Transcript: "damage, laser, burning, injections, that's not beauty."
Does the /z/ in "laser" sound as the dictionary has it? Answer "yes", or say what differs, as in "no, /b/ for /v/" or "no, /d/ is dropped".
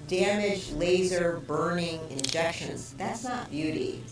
yes